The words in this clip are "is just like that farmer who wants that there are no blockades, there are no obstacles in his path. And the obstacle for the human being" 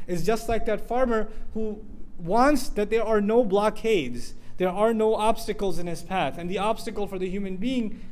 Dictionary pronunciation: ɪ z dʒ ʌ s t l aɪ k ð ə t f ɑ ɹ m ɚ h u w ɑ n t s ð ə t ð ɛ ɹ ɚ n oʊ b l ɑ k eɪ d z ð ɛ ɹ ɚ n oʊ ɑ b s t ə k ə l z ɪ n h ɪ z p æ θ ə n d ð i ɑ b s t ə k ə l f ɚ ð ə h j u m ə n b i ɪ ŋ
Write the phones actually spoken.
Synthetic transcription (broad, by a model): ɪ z dʒ ʌ s t l aɪ k ð ə t f ɑ ɹ m ɚ h u w ɑ n t s ð ə t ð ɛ ɹ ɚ n oʊ b l ɑ k eɪ d z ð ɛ ɹ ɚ n oʊ ɑ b s t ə k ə l z ɪ n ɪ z p æ θ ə n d ð i ɑ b s t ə k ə l f ɚ ð ə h j u m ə n b i ɪ ŋ